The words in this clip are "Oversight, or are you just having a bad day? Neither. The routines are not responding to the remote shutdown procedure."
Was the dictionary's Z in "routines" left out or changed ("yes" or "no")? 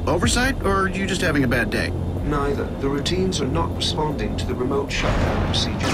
no